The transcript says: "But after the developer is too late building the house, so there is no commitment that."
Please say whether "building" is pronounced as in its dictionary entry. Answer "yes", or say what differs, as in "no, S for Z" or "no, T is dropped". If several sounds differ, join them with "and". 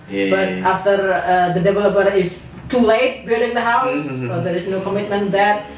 no, L is dropped